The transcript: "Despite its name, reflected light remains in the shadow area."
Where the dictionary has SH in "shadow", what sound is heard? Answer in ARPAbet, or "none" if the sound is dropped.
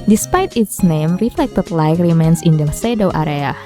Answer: S